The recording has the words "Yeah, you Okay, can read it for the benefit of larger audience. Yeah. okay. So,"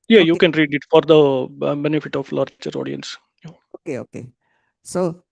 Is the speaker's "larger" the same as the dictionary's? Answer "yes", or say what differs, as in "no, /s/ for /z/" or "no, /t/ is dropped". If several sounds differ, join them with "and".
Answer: no, /tʃ/ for /dʒ/